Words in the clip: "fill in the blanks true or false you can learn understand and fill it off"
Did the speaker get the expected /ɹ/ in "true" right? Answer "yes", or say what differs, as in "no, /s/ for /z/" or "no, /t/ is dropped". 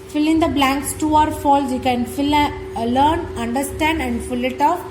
no, /ɹ/ is dropped